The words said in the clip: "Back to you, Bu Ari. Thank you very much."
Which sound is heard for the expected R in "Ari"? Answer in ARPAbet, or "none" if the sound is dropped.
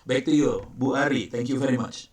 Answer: R